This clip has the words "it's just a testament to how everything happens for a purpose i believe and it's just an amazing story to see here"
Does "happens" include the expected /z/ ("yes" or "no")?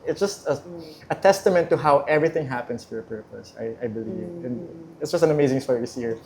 no